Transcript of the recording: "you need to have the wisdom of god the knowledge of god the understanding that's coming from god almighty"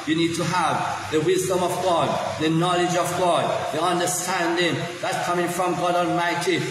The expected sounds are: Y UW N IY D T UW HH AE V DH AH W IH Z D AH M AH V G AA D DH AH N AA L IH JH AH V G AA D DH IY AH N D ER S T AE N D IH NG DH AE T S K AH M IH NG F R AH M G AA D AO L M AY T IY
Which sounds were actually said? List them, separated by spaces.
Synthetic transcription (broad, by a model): Y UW N IY D T UW HH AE V DH AH W IH Z D AH M AH V G AA D DH AH N AA L IH JH AH V G AA D DH IY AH N D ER S T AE N D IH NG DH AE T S K AH M IH NG F R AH M G AA D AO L M AY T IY